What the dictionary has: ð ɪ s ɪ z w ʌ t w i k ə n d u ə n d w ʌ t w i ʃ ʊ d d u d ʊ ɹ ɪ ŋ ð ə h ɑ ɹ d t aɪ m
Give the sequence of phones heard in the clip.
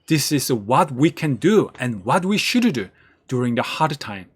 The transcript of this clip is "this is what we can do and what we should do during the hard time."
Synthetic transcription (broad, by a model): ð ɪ s ɪ z w ʌ t w i k ə n d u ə n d w ʌ t w i ʃ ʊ d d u d ʊ ɹ ɪ ŋ ð ə h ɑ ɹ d t aɪ m